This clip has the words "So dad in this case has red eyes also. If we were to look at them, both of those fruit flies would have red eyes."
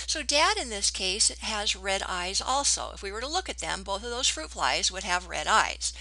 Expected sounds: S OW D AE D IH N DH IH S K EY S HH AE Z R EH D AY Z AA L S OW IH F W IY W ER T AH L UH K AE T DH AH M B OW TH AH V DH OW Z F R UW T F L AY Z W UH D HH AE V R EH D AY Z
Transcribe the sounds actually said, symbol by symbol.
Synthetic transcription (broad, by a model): S OW D AE D IH N DH IH S K EY S HH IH Z R EH D AY Z AA L S OW IH F W IY W ER T AH L UH K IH T DH AH M B OW TH AH V DH OW Z F R UW T F L AY Z W UH D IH V R EH D AY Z